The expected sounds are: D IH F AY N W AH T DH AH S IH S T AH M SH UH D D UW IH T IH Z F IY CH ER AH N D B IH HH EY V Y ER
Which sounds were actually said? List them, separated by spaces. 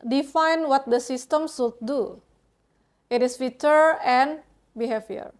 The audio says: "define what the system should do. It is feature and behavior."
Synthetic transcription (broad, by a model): D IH F AY N W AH T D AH S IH S T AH M S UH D D UW IH T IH S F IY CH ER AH N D B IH HH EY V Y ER